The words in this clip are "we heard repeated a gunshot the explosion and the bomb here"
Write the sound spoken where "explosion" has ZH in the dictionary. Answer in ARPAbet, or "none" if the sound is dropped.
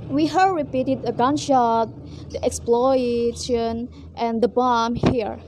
SH